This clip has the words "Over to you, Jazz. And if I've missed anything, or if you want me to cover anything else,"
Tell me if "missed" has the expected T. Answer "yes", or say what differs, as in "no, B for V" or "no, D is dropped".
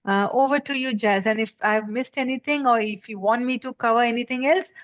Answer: yes